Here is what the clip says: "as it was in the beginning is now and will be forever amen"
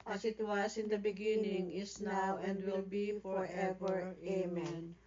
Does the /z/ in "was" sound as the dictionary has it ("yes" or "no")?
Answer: no